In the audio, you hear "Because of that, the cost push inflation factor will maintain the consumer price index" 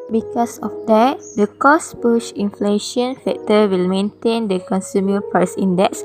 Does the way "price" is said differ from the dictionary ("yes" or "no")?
yes